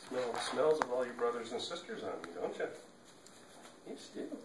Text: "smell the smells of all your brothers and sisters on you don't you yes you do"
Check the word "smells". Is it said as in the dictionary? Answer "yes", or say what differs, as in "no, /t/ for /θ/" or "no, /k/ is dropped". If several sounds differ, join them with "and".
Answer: yes